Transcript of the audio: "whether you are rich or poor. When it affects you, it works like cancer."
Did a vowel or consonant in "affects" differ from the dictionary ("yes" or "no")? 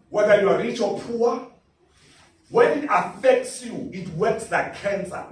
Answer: no